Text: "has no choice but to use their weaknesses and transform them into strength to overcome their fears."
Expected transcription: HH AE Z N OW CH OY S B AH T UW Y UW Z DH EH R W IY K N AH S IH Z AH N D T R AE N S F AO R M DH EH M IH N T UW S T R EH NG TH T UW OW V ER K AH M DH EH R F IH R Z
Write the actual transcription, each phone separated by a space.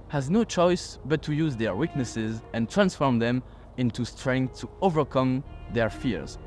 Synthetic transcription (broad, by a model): HH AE Z N OW CH OY S B AH T UW Y UW Z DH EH R W IY K N AH S IH Z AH N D T R AE N S F AO R M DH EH M IH N T UW S T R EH NG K T UW OW V ER K AH M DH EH R F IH R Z